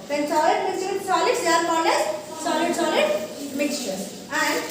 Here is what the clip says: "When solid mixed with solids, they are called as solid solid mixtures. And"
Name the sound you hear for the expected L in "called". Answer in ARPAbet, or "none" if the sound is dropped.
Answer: N